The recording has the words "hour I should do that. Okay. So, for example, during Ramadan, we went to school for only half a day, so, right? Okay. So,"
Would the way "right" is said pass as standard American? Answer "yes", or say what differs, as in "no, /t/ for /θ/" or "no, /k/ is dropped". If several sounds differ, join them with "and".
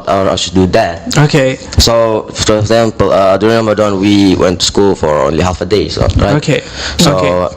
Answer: no, /t/ is dropped